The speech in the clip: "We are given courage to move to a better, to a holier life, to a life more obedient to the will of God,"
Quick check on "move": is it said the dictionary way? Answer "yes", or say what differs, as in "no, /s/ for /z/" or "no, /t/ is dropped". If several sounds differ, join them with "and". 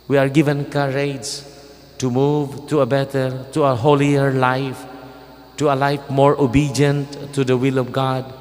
yes